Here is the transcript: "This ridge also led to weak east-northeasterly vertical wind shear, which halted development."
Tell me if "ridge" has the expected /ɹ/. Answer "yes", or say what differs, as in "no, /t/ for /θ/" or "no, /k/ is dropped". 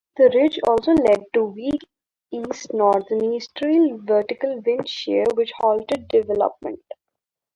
yes